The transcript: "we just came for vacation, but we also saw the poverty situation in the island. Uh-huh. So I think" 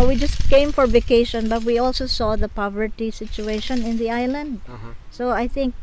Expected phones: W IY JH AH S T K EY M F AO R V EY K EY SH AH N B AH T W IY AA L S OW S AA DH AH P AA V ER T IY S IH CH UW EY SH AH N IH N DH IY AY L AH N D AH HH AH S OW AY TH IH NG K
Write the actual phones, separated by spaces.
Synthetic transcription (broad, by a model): W IY JH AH S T K EY M F AO R V EY K EY SH AH N B AH T W IY AA L S OW S AA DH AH P AA V ER T IY S IH CH UW EY SH AH N IH N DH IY AY L AH N D S OW AY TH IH NG K